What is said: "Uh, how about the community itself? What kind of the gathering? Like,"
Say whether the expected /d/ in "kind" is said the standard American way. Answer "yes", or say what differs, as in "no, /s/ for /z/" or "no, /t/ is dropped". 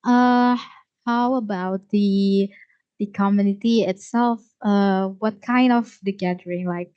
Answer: yes